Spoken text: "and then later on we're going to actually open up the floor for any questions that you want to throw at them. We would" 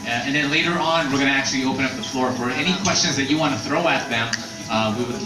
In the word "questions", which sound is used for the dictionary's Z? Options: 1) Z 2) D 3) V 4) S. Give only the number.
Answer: 1